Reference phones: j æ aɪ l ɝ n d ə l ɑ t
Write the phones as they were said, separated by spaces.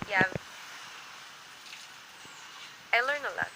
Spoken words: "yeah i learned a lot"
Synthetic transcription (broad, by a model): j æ aɪ l ɝ n ə l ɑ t